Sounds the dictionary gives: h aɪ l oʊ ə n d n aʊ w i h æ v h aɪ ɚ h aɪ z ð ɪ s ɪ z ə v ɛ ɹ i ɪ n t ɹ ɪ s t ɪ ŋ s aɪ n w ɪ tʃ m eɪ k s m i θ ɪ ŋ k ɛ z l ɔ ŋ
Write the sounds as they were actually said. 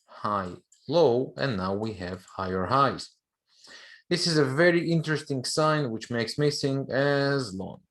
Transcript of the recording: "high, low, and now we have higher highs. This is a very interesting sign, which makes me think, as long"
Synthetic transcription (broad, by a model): h aɪ l oʊ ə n n aʊ w i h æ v h aɪ ɚ h aɪ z ð ɪ s ɪ z ə v ɛ ɹ i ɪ n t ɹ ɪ s t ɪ ŋ s aɪ n w ɪ tʃ m eɪ k s m i s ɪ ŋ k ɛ z l ɔ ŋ